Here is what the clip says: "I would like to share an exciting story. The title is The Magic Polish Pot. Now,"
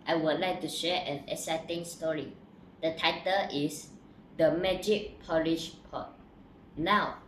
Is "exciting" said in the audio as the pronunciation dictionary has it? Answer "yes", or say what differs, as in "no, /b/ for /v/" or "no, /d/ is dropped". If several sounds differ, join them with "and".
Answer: no, /k/ is dropped